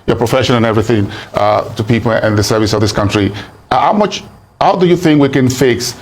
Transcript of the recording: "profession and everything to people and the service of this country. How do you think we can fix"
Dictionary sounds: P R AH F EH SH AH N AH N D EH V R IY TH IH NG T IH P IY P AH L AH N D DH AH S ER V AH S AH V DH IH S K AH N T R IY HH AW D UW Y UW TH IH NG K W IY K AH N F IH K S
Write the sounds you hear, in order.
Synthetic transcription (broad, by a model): P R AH F EH SH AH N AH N EH V R IY TH IH NG T IH P IY P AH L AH N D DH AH S ER V AH S AH V DH IH S K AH N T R IY HH AW D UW Y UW TH IH NG K W IY K AH N F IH K S